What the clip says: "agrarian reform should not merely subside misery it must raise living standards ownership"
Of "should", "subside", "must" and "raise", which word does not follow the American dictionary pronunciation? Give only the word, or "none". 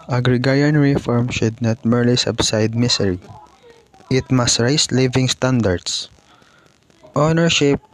raise